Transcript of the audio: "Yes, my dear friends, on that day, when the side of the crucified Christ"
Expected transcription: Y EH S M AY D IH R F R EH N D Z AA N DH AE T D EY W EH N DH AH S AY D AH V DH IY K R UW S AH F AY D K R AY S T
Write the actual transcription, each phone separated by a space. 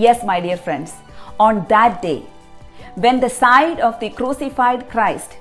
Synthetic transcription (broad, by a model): Y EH S M AY D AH R F R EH N D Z AA N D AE T D EY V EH N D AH S AY D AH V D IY K R UW S AH F AY D K R AY S T